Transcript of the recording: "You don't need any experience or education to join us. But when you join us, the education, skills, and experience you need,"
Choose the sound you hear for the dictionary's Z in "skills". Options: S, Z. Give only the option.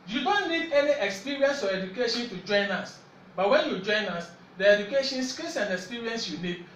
S